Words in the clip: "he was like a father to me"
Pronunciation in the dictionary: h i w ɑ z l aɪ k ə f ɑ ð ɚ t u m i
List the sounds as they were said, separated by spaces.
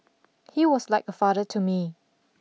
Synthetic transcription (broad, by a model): h i w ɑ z l aɪ k ə f ɑ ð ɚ t u m i